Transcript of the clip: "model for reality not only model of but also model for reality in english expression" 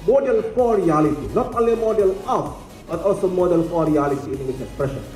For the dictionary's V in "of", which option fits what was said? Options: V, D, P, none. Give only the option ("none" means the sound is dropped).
P